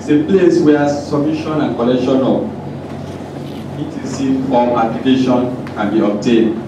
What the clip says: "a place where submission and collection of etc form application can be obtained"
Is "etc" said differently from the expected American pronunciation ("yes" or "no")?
yes